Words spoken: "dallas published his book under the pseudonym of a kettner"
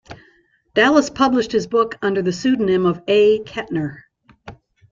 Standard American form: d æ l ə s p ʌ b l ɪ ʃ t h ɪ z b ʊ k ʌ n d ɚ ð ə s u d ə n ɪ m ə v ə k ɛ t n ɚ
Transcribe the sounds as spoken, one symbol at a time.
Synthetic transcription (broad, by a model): d æ l ə s p ʌ b l ɪ ʃ t h ɪ z b ʊ k ʌ n d ɚ ð ə s u d n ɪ m ə v ə k ɛ t n ɚ